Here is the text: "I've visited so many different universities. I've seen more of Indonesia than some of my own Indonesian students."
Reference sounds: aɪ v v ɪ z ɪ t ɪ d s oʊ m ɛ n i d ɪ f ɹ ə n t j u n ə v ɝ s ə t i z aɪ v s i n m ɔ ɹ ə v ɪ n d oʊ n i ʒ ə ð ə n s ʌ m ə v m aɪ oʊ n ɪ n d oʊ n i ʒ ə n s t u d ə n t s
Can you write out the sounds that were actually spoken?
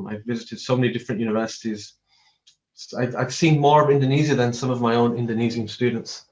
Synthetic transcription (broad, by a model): aɪ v v ɪ z ɪ t ɪ d s oʊ m ɛ n i d ɪ f ɹ ə n t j u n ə v ɝ s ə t i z aɪ v s i n m ɔ ɹ ə v ɪ n d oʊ n i z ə ð ə n s ʌ m ə v m aɪ oʊ n ɪ n d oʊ n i z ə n s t u d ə n t s